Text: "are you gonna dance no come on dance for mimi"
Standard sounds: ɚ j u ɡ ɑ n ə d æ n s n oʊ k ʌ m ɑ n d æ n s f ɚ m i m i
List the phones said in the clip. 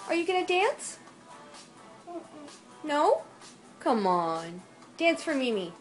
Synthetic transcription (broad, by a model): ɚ j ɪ ɡ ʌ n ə d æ n s n oʊ k ʌ m ɑ n d æ n s f ɚ m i m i